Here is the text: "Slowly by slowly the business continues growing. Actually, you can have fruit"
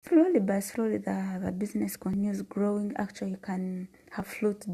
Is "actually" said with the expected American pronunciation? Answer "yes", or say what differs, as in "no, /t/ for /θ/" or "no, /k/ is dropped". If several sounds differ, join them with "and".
no, /l/ is dropped